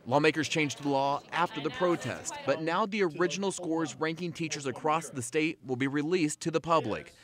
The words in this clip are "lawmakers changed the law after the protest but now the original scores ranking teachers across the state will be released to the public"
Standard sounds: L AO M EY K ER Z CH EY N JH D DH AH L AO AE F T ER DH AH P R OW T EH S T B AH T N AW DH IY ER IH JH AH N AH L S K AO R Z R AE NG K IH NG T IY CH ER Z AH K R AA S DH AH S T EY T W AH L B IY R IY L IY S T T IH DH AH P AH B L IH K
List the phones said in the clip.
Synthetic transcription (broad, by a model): L AO M EY K ER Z CH EY N JH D DH AH L AO AE F T ER DH AH P R OW T EH S T B AH T N AW DH IY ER IH JH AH N L S K AO R Z R AE NG K IH NG T IY CH ER Z AH K R AA S DH AH S T EY T W AH L B IY R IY L IY S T T IH DH AH P AH B L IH K